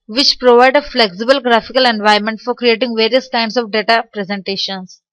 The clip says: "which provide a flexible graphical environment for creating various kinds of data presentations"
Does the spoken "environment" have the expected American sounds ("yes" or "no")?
no